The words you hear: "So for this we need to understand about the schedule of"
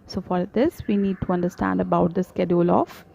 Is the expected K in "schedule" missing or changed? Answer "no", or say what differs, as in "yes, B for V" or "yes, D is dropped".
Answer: no